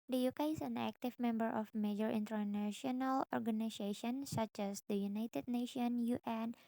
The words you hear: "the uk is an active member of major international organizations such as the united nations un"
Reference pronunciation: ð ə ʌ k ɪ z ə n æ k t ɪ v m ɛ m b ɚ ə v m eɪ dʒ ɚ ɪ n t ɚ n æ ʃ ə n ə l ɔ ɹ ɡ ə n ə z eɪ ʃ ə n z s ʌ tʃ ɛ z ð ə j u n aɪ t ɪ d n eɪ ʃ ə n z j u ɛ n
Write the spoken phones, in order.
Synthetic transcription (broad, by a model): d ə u k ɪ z ə n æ k t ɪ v m ɛ m b ɚ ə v m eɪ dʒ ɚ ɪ n t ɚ n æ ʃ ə n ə l ɔ ɹ ɡ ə n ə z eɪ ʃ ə n s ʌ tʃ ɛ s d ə j u n aɪ t ɪ d n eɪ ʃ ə n j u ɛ n